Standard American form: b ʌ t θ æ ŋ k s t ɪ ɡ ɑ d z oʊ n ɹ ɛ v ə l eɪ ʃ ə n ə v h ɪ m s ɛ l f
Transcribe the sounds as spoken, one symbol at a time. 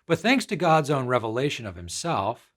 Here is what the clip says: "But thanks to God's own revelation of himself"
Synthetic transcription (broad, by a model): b ʌ t θ æ ŋ k s t ɪ ɡ ɑ d z oʊ n ɹ ɛ v ə l eɪ ʃ ə n ə v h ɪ m s ɛ l f